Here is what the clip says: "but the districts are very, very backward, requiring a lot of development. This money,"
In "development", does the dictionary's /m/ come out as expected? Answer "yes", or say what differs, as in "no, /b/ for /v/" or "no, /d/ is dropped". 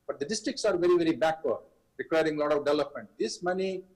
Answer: yes